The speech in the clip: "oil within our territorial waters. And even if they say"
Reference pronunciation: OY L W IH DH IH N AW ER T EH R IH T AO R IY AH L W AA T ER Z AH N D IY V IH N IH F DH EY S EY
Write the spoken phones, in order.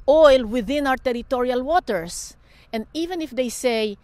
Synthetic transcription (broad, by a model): OY L W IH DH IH N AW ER T EH R IH T AO R IY AH L W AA T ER S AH N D IY V IH N IH F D EY S EY